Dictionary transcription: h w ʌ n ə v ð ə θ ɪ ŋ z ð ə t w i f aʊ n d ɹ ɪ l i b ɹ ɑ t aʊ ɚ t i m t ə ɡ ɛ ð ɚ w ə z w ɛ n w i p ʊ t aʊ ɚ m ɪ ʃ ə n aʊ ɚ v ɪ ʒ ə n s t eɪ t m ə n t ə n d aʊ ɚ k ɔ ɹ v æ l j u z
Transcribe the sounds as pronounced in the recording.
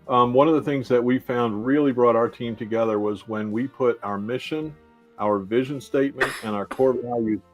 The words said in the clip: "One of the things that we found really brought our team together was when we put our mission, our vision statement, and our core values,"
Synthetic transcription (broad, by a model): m w ʌ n ə v ð ə θ ɪ ŋ z ð ə t w i f aʊ n d ɹ ɪ l i b ɹ ɑ t aʊ ɚ t i m t ə ɡ ɛ ð ɚ w ə z w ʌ n w i p ʊ t aʊ ɚ m ɪ ʃ ə n aʊ ɚ v ɪ ʒ ə n s t eɪ t m ə n t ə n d aʊ ɚ k ɔ ɹ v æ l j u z